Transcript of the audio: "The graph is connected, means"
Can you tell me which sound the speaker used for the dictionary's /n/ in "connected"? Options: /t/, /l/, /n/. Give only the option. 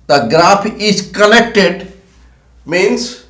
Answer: /l/